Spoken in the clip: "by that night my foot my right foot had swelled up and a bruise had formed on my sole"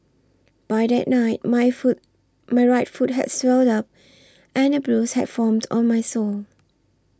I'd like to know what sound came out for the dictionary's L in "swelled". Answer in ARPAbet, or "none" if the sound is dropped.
L